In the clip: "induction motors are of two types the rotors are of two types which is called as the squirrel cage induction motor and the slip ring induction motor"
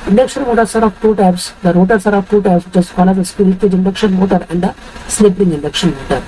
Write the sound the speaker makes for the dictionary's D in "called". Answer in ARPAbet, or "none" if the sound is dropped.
none